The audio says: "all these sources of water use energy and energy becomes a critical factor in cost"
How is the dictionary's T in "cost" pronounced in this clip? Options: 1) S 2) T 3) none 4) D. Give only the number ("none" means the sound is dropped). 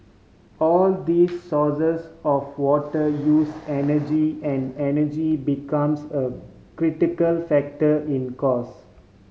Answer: 3